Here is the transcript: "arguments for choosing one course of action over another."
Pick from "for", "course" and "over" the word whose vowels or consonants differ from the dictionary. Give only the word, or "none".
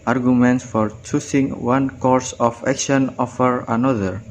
over